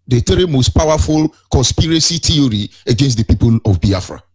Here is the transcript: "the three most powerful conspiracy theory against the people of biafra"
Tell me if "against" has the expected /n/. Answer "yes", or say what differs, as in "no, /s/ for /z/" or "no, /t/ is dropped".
yes